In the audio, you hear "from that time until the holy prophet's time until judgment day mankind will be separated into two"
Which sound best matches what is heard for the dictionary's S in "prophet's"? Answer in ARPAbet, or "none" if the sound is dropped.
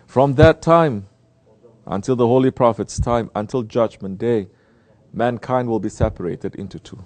S